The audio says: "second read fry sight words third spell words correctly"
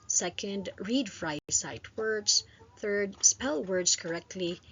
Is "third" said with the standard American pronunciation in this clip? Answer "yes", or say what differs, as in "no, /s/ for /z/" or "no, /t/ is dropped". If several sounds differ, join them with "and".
yes